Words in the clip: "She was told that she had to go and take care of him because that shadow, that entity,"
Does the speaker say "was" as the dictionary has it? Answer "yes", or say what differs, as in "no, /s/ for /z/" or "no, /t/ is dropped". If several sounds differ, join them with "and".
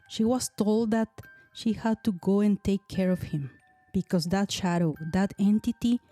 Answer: no, /s/ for /z/